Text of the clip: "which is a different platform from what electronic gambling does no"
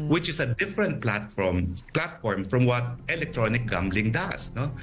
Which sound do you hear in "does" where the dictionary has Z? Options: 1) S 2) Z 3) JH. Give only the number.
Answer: 1